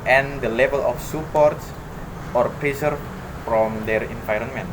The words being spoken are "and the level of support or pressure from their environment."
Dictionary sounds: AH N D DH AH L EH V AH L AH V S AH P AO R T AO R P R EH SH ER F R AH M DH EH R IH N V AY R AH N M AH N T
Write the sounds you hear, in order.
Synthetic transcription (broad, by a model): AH N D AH L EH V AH L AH F S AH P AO R T AO R P R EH S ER F R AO M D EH R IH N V AY R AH N M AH N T